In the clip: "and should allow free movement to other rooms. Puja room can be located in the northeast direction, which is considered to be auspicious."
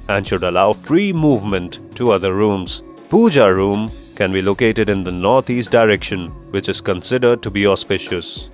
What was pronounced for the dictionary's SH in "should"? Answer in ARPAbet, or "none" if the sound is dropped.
SH